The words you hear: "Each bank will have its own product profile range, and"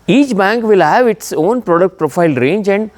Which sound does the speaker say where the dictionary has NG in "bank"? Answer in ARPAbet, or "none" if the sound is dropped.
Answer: NG